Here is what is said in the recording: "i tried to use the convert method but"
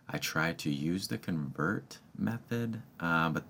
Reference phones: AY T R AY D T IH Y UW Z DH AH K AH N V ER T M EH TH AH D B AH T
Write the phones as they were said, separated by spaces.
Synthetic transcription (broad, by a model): AY T R AY D T IH Y UW Z DH AH K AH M V ER T M EH TH AH D B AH T